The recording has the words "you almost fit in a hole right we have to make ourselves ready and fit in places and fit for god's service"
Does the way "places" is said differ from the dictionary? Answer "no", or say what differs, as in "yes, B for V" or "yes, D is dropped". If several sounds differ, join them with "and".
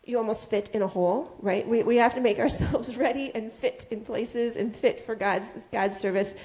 no